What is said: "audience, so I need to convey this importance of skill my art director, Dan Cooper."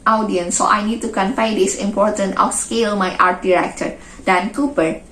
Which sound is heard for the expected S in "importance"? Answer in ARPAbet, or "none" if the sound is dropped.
none